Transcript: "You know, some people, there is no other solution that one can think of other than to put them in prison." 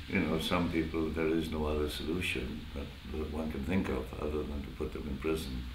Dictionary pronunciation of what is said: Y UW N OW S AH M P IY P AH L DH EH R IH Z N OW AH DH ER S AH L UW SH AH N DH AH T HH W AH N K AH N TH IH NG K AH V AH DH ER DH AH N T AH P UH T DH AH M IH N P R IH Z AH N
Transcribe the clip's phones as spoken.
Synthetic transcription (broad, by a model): Y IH N OW S AH M P IY P L DH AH R IH Z N OW AH DH ER S AH L UW SH AH N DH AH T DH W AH N K AH N TH IH NG K AH V AH DH ER DH AH N T AH P UH T DH AH M IH N P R IH Z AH N